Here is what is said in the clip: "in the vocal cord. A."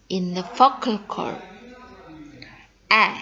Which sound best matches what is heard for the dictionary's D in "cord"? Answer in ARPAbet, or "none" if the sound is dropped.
none